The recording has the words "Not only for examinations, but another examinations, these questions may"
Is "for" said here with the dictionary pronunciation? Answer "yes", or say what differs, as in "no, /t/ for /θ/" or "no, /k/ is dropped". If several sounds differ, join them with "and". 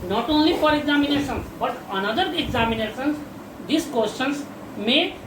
no, /p/ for /f/